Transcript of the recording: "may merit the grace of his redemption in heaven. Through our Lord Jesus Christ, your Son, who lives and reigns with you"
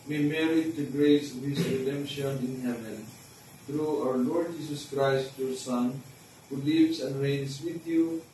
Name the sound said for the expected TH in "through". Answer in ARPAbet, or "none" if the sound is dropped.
T